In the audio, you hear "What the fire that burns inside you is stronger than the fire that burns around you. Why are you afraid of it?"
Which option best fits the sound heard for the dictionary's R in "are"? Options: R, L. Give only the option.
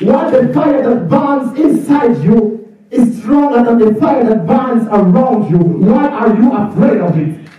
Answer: R